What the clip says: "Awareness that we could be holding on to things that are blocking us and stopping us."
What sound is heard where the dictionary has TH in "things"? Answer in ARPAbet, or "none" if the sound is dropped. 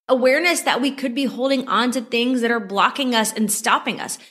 TH